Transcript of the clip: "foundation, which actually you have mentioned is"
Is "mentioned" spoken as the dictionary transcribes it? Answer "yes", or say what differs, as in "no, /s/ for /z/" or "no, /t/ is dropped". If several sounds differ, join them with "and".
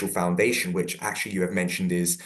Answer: yes